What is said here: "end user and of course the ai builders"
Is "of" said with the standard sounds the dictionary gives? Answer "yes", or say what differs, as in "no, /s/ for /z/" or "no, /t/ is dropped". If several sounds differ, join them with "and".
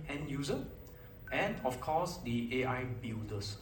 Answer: no, /f/ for /v/